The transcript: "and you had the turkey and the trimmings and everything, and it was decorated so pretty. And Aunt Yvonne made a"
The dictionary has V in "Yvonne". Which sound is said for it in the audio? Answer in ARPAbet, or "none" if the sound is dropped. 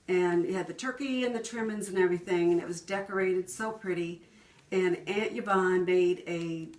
B